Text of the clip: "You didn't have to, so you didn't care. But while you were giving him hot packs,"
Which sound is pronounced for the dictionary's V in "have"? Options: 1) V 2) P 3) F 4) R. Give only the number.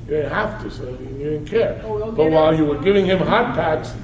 3